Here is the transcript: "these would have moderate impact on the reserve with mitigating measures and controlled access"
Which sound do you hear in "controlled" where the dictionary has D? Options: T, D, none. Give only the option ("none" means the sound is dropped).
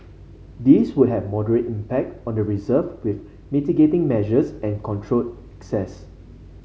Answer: none